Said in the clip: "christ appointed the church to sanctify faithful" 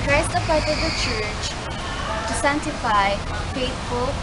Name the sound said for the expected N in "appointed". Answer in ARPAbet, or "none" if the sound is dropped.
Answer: none